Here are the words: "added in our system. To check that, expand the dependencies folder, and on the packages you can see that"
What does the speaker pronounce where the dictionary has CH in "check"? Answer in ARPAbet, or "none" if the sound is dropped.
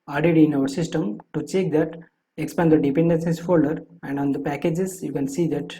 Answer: CH